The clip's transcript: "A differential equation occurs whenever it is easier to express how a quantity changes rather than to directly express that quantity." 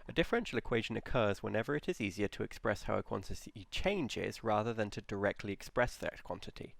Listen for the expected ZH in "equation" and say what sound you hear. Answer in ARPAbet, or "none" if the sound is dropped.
ZH